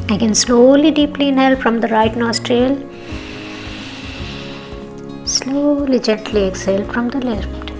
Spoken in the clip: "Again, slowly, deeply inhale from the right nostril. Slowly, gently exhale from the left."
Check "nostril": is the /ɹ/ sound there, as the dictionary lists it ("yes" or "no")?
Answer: yes